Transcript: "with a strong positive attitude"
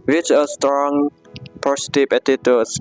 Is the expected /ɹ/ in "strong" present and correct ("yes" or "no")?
yes